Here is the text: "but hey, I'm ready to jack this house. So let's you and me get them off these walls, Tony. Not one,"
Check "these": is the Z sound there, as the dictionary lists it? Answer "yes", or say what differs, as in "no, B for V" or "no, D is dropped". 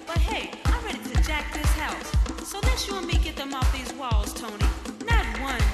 yes